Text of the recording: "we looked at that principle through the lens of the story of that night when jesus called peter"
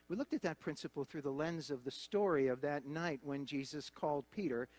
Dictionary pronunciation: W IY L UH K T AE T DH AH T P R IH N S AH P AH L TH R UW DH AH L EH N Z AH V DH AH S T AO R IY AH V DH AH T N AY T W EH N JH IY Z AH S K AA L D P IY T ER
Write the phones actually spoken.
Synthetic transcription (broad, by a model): W IY L UH K T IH T DH AH T P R IH N S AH P L TH R UW DH AH L EH N Z AH V DH AH S T AO R IY AH V DH AH T N AY T W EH N JH IY Z AH S K AA L D P IY T ER